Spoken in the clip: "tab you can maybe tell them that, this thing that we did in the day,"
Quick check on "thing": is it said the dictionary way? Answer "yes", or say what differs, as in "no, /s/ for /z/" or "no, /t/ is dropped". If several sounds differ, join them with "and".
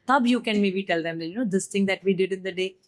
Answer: no, /t/ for /θ/